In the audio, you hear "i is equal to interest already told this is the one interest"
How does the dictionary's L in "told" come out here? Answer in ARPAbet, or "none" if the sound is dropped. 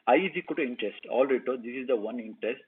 none